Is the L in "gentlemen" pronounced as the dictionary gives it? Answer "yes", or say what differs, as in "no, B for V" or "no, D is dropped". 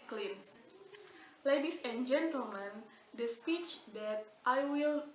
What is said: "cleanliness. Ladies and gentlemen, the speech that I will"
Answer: yes